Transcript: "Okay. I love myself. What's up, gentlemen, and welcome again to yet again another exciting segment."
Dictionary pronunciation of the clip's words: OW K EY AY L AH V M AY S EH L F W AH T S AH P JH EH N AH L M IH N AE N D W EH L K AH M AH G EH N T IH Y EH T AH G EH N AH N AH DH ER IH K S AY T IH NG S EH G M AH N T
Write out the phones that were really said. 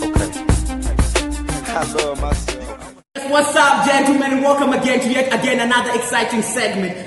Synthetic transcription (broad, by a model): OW K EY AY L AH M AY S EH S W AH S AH B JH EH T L M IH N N W EH L K AH M AH G EH N T IH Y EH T AH G EH N AH N AH DH ER IH K S AY T IH NG S EH G M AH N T